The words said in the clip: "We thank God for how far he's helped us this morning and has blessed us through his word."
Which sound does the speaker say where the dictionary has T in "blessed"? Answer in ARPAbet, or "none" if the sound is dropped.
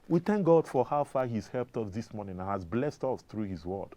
T